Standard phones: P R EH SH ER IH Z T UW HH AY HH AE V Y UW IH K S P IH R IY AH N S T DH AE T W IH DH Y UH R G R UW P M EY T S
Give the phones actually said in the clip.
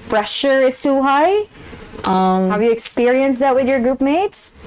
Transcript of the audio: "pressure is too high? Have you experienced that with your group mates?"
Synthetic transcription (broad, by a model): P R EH SH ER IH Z T UW HH AY HH AE V Y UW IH K S P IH R IY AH N S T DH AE T W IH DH Y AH R G R UW P M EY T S